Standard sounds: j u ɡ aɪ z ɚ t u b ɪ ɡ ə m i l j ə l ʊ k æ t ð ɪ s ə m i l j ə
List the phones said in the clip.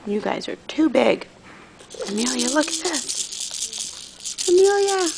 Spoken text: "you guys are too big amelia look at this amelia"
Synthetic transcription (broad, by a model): j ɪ ɡ aɪ z ɚ t u b ɪ ɡ ə m i l j ə l ʊ k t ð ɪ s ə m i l j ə